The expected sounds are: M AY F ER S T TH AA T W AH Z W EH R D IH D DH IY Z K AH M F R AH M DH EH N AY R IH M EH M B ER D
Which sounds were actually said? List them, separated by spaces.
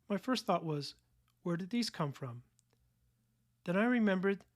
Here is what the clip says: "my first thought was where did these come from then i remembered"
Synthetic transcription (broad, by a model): M AY F ER S T TH AA T W AH Z W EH R D IH D DH IY Z K AH M F R AH M DH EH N AY R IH M EH M B ER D